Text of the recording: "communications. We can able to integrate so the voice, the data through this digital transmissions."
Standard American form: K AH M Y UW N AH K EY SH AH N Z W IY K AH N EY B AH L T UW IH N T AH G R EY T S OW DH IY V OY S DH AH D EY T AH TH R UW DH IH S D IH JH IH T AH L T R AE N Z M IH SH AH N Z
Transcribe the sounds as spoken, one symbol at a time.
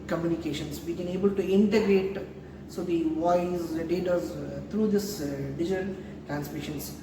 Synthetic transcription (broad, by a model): K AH M Y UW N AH K EY SH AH N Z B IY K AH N EY B AH L T UW IH N T AH G R EY T S OW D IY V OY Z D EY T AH T R UW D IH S D IH JH IH T AH L T R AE N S M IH SH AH N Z